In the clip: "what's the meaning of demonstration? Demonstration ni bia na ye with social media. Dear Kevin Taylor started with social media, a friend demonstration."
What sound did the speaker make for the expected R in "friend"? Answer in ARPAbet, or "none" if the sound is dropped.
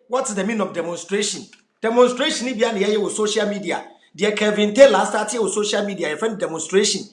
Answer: none